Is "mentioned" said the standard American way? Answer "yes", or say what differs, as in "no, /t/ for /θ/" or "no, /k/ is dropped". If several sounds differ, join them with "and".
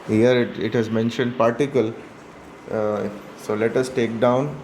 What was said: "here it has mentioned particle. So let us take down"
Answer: yes